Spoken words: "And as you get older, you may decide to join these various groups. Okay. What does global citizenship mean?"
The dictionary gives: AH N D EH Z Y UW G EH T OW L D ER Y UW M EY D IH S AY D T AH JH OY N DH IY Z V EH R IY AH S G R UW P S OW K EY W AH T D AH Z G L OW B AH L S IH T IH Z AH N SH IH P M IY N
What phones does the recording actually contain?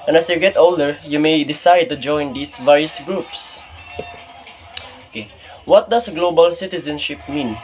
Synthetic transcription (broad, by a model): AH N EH S Y UW G EH T OW L D ER Y UW M EY D IH S AY D T AH JH OY N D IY S V EH R IY AH S G R UW P S OW K EY W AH T D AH S G L OW B AH L S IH T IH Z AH N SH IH P M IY N